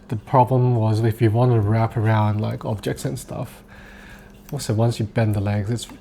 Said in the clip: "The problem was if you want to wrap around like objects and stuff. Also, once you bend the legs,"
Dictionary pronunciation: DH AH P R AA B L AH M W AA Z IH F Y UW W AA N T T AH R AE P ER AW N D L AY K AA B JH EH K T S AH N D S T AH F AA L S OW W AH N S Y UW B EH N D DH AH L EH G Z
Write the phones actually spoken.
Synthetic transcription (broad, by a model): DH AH P R AA B L AH M W AA Z IH F Y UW W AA N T T AH R AE P ER AW N D L AY K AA B JH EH K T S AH N S T AH F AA S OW W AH N S Y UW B EH N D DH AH L EH G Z